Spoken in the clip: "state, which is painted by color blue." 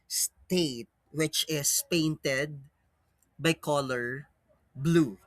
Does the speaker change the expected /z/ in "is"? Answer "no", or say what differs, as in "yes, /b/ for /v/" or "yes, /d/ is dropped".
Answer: yes, /s/ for /z/